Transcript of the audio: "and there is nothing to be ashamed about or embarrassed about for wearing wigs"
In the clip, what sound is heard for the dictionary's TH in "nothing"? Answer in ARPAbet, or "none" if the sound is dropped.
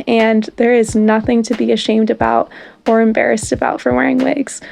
TH